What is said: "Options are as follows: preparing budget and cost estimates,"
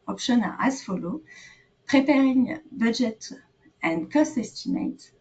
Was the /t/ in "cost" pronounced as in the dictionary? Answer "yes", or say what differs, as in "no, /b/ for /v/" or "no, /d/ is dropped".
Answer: yes